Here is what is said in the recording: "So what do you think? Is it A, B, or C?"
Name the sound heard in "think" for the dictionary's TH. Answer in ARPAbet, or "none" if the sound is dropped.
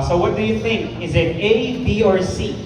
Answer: TH